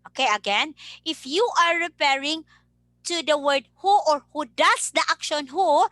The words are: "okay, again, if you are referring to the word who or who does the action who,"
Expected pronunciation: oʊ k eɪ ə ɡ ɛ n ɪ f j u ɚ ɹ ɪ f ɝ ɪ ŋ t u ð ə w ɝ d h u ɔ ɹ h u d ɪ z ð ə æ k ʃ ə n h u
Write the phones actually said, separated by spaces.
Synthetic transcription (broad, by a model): oʊ k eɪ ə ɡ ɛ n ɪ f j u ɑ ɹ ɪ p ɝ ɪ ŋ t u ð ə w ɝ d h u ɔ ɹ h u d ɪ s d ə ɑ k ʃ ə n h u